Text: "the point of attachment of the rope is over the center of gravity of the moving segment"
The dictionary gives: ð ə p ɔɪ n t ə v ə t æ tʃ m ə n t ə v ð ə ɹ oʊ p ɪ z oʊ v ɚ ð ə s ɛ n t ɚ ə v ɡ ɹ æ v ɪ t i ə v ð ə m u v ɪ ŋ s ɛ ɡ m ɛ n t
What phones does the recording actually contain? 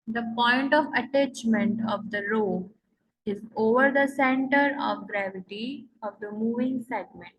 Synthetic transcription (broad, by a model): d ə p ɔɪ n t ə v ə t æ tʃ m ə n t ə v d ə ɹ oʊ ɪ z oʊ v ɚ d ə s ɛ n t ɚ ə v ɡ ɹ æ v ɪ t i ə v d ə m u v ɪ ŋ s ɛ ɡ m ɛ n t